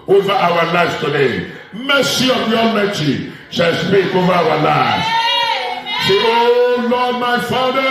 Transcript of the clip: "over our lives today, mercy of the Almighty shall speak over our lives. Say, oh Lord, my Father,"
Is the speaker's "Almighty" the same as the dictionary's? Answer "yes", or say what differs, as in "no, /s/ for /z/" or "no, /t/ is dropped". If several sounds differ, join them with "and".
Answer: no, /l/ is dropped